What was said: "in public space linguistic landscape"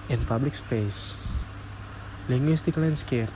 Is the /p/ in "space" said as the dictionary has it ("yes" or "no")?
yes